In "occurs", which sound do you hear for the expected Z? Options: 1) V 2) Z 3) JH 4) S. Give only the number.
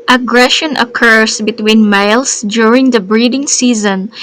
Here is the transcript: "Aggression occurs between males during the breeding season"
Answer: 4